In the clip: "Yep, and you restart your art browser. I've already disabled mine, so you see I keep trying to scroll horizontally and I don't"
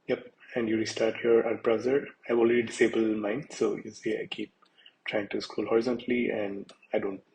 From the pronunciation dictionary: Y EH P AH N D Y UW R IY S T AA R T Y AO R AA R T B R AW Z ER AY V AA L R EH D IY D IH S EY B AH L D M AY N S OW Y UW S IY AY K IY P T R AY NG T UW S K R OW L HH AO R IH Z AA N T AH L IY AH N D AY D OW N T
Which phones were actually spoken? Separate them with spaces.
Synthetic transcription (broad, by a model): Y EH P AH N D Y UW R IY S T AA R T Y AO R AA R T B R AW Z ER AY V AA L R EH D IY D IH S EY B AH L M AY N S OW Y UW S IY AY K IY P T R AY NG T UW S K UW L HH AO R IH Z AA N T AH L IY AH N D AY D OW N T